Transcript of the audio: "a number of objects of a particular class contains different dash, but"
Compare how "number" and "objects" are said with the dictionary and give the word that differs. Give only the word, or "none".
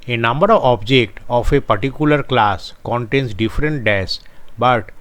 objects